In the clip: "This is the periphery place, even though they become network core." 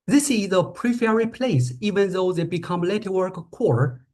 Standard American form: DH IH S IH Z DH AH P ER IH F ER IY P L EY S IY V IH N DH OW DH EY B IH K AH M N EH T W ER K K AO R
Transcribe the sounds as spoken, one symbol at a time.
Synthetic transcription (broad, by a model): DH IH S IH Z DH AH P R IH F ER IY P L EY S IY V IH N DH OW DH EY B IH K AH M L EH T W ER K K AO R